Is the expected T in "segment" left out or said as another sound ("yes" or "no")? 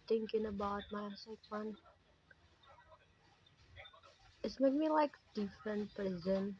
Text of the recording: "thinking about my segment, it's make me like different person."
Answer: yes